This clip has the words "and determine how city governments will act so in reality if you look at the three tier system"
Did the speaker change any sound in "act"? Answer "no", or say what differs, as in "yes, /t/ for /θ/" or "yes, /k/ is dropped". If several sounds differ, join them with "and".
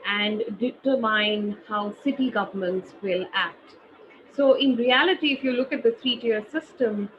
no